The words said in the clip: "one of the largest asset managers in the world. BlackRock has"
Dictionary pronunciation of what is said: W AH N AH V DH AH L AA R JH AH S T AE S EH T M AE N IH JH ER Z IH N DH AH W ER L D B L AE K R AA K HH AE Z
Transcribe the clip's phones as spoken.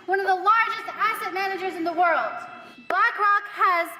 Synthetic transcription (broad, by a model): W AH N AH V DH AH L AA R JH AH S T AE S EH T M AE N IH JH ER Z IH N DH AH W ER L D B AE K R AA K HH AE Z